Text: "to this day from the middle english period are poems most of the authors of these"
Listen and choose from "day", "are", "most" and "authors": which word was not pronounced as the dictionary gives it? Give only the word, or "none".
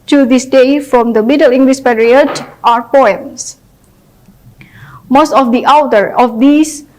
authors